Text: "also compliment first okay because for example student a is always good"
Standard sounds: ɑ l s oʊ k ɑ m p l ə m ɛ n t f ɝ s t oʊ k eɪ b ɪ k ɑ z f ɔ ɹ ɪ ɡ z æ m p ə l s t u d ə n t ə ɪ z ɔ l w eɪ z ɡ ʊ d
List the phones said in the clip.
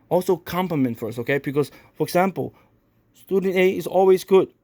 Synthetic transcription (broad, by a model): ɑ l s oʊ k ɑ m p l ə m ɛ n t f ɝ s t oʊ k eɪ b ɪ k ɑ s f ɔ ɹ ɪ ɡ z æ m p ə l s t u d ə n t ə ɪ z ɔ l w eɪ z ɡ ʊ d